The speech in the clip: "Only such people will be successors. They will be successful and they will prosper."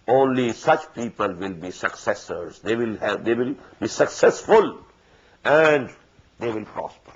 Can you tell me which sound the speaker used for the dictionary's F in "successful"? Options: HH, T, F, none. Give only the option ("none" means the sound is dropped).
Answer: F